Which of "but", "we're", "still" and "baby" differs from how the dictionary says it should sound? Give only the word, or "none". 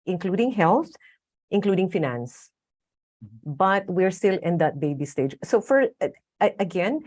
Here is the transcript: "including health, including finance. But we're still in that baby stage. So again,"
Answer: none